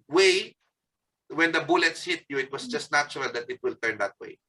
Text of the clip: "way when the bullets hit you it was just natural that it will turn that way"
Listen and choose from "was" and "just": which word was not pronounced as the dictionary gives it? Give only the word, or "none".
was